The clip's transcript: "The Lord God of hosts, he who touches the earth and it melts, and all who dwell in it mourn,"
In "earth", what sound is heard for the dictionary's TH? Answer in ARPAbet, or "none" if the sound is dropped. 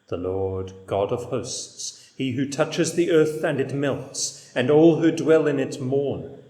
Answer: TH